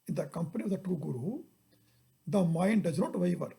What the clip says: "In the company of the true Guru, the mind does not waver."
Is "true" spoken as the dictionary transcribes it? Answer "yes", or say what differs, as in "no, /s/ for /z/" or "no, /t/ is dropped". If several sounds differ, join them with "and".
no, /ɹ/ is dropped